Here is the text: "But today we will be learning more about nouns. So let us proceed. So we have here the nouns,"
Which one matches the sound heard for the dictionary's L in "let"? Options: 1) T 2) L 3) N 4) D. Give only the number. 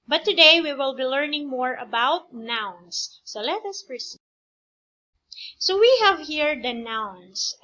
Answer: 2